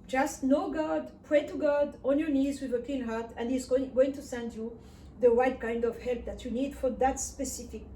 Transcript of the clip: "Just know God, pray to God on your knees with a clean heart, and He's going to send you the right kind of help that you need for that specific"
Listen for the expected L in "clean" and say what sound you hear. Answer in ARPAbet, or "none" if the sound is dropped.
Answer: none